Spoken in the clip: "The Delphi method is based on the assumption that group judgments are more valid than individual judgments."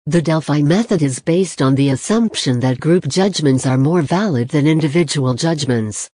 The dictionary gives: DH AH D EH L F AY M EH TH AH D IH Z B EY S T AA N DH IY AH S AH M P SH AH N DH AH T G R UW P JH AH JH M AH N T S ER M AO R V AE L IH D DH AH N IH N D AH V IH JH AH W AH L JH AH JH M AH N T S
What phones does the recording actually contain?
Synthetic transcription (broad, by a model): DH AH D EH L F AY M EH TH AH D IH Z B EY S T N DH IY AH S AH M P SH AH N DH AH T G R UW P JH AH JH M AH N T S ER M AO R V AE L IH D DH AH N IH N D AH V IH JH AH W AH L JH AH JH M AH N T S